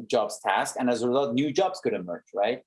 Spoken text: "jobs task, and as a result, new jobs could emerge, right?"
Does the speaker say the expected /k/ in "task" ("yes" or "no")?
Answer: yes